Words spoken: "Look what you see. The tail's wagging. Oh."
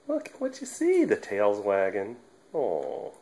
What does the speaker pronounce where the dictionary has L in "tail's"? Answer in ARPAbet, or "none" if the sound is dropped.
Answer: L